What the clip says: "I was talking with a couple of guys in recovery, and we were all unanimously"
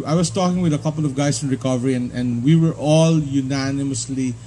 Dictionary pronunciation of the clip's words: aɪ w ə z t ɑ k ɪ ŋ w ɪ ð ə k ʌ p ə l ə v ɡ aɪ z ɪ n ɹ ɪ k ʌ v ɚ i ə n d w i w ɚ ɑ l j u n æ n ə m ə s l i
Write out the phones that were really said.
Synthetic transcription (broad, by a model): aɪ w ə s t ɑ k ɪ ŋ w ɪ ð ə k ʌ p ə l ə v ɡ aɪ s ɪ n ɹ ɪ k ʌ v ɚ i ə n d w i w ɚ ɑ l j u n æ n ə m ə s l i